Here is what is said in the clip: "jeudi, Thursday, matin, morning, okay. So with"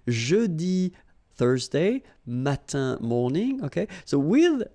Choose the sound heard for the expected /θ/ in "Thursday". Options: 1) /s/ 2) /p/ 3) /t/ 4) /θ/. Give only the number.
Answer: 4